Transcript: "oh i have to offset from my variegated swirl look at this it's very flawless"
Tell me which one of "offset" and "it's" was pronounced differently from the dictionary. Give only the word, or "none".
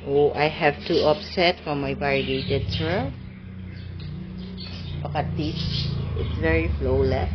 offset